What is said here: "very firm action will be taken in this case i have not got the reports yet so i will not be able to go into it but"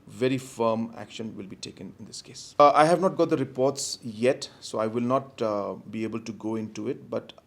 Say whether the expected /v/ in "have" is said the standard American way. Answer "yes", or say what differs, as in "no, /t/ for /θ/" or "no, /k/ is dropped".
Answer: yes